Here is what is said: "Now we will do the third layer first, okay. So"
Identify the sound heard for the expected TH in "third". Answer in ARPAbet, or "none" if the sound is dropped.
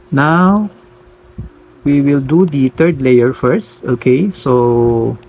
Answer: T